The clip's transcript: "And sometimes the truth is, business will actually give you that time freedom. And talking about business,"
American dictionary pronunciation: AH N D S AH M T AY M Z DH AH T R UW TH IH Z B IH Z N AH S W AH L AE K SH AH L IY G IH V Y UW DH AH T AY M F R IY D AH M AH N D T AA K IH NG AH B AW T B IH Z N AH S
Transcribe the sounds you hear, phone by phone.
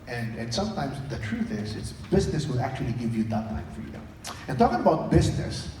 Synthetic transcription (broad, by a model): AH N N S AH M T AY M Z DH AH T R UW TH IH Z B IH Z N AH S W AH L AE K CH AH L IY G IH V Y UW DH AH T AY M F R IY D AH M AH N T AA K IH NG AH B AW T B IH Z N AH S